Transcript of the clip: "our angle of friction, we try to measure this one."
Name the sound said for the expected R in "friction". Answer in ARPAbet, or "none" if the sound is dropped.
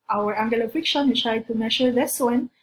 none